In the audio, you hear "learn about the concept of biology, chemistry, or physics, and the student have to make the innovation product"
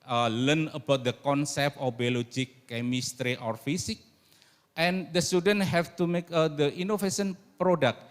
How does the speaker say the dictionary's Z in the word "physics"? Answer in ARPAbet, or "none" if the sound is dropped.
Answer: S